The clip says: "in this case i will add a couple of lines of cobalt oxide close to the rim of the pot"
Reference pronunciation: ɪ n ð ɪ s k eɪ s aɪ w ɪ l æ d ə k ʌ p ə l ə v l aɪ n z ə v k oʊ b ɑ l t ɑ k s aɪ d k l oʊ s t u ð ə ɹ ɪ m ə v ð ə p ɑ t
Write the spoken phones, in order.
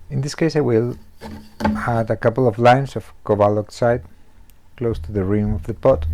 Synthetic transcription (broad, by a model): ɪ n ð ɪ s k eɪ s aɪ w ɪ l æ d ə k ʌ p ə l ə v l aɪ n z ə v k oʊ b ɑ l ɑ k s aɪ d k l oʊ s t u ð ə ɹ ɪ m ə v ð ə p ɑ t